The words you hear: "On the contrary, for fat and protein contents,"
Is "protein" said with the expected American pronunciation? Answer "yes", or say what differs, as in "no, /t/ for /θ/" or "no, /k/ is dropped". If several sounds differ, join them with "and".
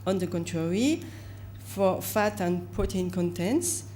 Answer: no, /ɹ/ is dropped